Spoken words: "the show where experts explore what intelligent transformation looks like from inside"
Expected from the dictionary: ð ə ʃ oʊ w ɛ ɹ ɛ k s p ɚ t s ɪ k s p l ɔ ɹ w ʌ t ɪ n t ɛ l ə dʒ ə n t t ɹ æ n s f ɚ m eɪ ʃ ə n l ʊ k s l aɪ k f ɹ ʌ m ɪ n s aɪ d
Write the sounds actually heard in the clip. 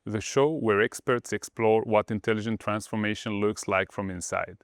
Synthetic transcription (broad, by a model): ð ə ʃ oʊ w ɛ ɹ ɛ k s p ɚ t s ɪ k s p l ɔ ɹ w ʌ t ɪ n t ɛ l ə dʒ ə n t t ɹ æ n s f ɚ m eɪ ʃ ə n l ʊ k s l aɪ k f ɹ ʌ m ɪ n s aɪ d